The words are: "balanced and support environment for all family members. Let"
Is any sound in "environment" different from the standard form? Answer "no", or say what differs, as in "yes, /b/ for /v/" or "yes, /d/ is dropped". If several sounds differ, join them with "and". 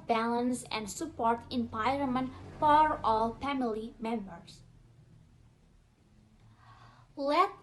yes, /p/ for /v/ and /n/ is dropped